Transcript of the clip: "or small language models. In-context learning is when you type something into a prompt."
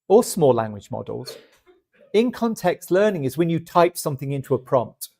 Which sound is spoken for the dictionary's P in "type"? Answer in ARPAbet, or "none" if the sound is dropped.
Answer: P